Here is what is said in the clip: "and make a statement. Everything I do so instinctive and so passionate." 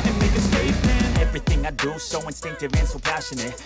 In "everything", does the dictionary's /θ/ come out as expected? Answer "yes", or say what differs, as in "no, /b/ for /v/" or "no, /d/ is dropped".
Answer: yes